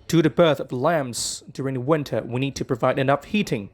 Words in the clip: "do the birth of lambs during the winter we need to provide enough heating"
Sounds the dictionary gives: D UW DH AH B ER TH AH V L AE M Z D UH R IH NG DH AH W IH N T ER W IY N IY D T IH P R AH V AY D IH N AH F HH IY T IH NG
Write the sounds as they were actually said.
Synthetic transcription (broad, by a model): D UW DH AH B ER TH AH V L AE M Z D UH R IH NG DH AH W IH N T ER W IY N IY D T IH P R AH V AY D IH N AH F HH IY T IH NG